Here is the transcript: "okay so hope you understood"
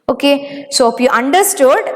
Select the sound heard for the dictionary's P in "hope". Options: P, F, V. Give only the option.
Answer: F